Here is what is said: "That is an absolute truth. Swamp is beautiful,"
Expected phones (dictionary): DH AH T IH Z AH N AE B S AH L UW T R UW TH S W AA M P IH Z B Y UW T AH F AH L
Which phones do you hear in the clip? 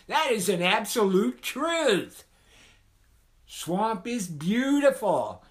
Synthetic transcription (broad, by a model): DH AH T IH Z AH N AE B S AH L UW T R UW TH S W AA M P IH Z B Y UW T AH F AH L